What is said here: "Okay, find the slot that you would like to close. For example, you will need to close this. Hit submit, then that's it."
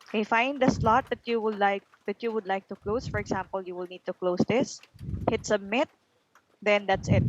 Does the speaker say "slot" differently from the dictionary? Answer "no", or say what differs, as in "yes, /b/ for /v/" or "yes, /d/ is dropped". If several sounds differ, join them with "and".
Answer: no